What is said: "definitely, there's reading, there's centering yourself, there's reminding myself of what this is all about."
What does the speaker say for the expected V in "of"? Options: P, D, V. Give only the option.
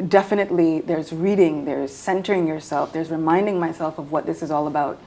V